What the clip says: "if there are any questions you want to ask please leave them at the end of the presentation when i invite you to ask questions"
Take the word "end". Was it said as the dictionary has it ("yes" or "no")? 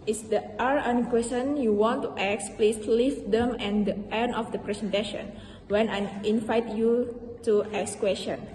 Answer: no